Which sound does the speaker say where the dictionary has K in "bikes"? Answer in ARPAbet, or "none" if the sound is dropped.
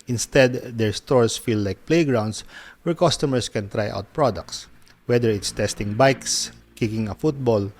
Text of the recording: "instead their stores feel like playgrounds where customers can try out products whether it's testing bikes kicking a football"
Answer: K